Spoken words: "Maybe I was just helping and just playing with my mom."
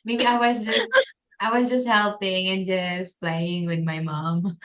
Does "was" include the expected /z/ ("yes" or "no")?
yes